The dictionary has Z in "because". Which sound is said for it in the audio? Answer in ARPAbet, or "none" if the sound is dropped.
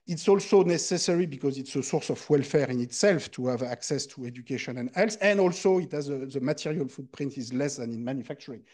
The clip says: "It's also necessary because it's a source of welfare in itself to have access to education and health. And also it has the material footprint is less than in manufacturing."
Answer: Z